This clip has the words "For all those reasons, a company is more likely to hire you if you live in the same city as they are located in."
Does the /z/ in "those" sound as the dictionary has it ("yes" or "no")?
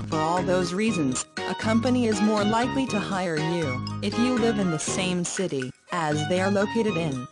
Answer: yes